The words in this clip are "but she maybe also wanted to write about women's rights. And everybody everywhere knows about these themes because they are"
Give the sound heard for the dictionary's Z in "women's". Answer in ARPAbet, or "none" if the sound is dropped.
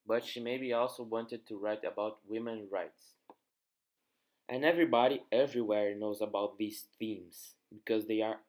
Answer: none